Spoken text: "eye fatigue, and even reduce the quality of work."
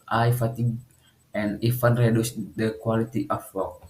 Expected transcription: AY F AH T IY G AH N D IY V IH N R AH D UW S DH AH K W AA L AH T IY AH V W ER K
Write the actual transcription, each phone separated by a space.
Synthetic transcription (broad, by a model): AY F AH T IY G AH N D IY F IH N R AH D UW S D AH K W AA L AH T IY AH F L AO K